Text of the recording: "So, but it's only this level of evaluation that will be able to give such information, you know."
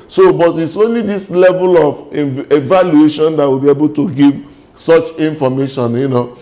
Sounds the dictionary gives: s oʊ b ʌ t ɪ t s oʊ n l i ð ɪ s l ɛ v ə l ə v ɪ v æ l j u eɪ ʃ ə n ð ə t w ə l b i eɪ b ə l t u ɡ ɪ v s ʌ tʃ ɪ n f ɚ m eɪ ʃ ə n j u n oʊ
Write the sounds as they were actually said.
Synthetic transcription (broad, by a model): s oʊ b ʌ t ɪ t s oʊ n l i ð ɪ s l ɛ v ə l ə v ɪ v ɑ l j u eɪ ʃ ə n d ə t w ə l b i eɪ b ə l t u ɡ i v s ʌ tʃ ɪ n f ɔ m eɪ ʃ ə n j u n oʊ